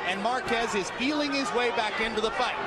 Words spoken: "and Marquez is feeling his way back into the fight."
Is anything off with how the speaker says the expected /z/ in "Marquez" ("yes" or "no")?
no